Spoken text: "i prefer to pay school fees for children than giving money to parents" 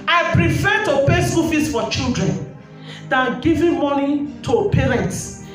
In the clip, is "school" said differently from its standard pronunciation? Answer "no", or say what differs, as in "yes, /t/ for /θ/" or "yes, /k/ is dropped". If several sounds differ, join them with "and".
yes, /k/ is dropped